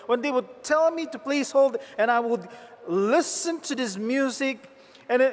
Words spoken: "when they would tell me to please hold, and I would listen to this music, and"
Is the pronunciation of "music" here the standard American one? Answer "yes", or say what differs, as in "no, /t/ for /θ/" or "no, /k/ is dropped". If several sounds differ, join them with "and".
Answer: yes